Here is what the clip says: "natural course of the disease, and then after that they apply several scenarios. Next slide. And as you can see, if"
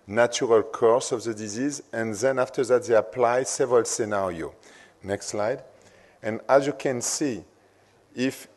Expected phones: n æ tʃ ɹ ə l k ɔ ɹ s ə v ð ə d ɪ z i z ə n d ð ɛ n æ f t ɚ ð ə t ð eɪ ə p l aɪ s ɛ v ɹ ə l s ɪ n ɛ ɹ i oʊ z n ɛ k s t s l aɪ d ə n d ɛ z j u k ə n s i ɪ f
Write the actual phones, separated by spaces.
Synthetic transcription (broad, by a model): n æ tʃ ɹ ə l k ɔ ɹ s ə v ð ə d ɪ z i z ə n ð ɛ n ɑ f t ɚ ð ə t ð eɪ ə p l aɪ s ɛ v ɹ ə l s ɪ n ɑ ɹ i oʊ n ɛ k s t s l aɪ d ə n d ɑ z j u k ə n s i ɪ f